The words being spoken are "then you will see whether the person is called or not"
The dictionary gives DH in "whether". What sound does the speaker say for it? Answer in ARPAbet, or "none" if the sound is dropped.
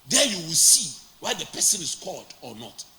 none